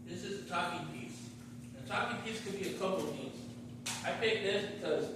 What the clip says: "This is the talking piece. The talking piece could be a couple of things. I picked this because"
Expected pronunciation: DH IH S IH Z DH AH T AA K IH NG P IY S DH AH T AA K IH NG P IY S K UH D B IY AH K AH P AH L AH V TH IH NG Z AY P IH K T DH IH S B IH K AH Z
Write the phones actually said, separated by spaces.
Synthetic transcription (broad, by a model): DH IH S IH Z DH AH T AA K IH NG P IY S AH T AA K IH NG P IY S K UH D B IY AH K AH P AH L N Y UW Z AY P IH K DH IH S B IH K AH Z